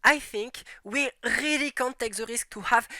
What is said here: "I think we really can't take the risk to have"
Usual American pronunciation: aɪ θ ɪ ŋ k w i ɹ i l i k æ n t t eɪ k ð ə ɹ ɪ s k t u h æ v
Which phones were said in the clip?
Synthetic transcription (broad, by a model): aɪ θ ɪ ŋ k w i ɹ i l i k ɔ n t t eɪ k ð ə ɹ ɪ s k t u h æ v